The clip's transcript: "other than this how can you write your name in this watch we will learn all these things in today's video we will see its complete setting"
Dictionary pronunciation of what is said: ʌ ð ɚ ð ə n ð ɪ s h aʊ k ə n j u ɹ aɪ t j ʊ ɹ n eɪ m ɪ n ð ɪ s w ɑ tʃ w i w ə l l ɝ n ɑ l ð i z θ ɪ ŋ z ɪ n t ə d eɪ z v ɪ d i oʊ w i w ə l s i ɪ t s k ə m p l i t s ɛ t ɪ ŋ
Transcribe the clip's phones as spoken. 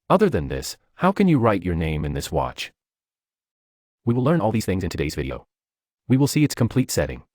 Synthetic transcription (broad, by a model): ʌ ð ɚ ð ə n ð ɪ s h aʊ k ə n j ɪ ɹ aɪ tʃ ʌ ɹ n eɪ m ɪ n ð ɪ s w ɑ tʃ w i w ə l l ɝ n ɑ l ð i z θ ɪ ŋ z ɪ n t ə d eɪ z v ɪ d i oʊ w i w ə l s i ɪ t s k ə m p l i t s ɛ t ɪ ŋ